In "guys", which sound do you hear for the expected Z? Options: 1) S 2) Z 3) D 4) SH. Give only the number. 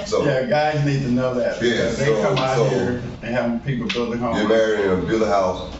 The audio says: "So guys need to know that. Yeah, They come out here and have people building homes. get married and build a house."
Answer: 2